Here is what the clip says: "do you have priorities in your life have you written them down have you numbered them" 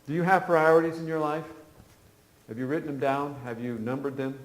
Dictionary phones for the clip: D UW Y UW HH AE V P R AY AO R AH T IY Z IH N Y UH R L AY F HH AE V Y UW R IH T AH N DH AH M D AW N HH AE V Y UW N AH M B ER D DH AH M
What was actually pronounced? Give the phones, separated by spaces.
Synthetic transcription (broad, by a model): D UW Y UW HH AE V P R AY AO R AH T IY Z IH N Y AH R L AY F HH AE V Y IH R IH T N DH AH M D AW N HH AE V Y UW N AH M B ER D DH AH M